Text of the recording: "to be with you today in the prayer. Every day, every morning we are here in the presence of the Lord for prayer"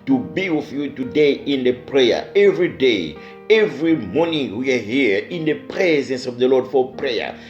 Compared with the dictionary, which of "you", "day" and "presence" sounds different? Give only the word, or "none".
none